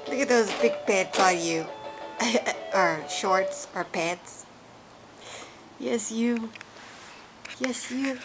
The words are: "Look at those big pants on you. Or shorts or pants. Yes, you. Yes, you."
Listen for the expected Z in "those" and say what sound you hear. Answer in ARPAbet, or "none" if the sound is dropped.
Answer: Z